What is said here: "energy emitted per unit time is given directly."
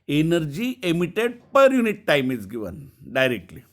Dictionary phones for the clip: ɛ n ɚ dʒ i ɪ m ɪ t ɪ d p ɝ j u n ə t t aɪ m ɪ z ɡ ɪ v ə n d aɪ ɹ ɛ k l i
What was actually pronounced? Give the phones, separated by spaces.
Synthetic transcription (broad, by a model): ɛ n ɚ dʒ i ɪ m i t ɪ d p ɝ j u n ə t t aɪ m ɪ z ɡ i v ə n d aɪ ɹ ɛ k l i